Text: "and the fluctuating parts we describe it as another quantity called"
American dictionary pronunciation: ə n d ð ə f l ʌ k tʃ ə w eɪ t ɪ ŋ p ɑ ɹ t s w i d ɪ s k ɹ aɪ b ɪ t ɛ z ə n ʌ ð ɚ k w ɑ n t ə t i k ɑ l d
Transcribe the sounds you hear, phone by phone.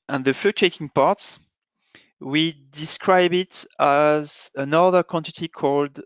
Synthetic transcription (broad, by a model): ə n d ð ə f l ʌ tʃ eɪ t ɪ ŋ p ɑ ɹ t s w i d ɪ s k ɹ aɪ b ɪ t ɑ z ə n ʌ ð ɚ k w ɑ n t ə t i k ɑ l d